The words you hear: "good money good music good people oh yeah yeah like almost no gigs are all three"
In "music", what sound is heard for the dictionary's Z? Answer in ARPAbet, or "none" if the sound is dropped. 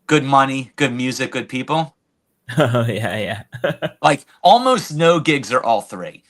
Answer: Z